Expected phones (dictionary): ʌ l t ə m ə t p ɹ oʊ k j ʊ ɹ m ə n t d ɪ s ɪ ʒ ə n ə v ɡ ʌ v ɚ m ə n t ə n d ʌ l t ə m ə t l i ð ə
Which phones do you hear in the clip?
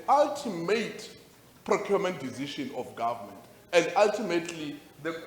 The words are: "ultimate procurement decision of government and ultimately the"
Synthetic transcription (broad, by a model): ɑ l t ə m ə t p ɹ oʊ k j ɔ m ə n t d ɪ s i ʃ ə n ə f ɡ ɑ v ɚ m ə n t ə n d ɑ l t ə m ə t l i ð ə